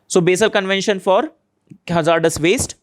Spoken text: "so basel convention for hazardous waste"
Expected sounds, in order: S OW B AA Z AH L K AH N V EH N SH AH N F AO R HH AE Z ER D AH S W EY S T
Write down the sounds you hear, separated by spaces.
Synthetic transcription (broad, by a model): S OW B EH S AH L K AH N V EH N SH AH N F AO R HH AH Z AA D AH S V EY S T